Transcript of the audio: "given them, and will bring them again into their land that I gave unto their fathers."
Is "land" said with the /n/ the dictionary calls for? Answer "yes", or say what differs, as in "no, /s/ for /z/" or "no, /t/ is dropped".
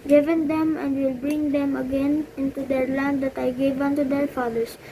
yes